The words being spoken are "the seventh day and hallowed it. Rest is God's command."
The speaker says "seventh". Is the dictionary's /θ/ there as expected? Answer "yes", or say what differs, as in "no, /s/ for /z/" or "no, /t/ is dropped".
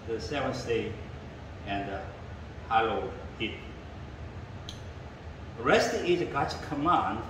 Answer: no, /s/ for /θ/